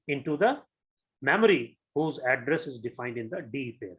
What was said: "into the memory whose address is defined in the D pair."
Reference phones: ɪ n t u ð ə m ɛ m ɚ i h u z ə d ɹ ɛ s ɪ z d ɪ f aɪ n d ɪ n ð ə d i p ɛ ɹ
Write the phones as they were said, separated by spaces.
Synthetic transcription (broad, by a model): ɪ n t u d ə m ɛ m ɚ i h u z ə d ɹ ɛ s ɪ z d ɪ f aɪ n d ɪ n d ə d i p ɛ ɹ